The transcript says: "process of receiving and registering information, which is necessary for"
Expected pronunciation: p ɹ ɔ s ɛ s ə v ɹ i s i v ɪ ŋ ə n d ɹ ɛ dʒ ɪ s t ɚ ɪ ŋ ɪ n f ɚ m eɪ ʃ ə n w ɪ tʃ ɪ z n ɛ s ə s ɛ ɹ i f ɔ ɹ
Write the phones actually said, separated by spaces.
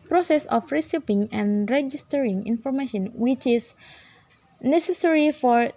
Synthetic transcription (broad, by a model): p ɹ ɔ s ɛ s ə f ɹ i s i p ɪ ŋ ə n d ɹ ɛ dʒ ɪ s t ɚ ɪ ŋ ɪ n f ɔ m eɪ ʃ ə n w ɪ tʃ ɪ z n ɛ s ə s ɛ ɹ i f ɔ ɹ